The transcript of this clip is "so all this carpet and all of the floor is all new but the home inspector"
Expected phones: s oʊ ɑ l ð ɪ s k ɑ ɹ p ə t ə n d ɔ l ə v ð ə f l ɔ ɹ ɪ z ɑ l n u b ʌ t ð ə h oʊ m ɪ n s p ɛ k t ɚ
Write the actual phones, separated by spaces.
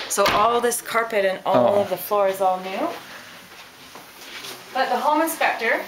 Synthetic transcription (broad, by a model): s oʊ ɑ l ð ɪ s k ɑ ɹ p ə t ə n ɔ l ə v ð ə f l ɔ ɹ ɪ z ɑ l n u b ʌ t ð ə h oʊ m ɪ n s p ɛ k t ɚ